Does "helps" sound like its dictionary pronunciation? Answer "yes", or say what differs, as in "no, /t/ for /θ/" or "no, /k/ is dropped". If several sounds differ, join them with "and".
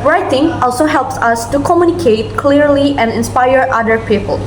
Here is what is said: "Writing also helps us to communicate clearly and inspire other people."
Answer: yes